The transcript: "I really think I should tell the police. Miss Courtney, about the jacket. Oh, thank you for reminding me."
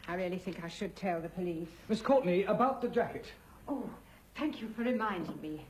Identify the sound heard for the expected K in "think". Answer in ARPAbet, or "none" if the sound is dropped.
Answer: K